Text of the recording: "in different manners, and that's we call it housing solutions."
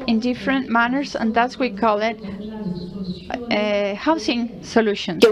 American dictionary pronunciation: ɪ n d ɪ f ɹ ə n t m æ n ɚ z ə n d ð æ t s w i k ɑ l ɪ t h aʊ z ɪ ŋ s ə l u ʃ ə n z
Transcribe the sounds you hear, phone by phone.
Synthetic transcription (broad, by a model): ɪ n d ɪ f ɹ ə n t m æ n ɚ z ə n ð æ t s w i k ɑ l ɪ t h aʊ s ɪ ŋ s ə l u ʃ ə n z